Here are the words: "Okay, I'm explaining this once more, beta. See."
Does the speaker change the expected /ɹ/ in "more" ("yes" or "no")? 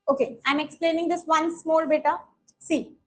yes